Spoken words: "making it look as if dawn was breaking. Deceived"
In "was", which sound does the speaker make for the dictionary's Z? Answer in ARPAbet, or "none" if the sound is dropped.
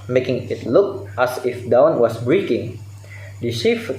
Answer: S